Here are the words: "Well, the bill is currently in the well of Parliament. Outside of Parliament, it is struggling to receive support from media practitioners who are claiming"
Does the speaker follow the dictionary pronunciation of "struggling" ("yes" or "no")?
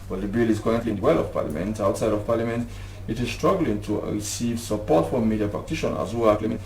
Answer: yes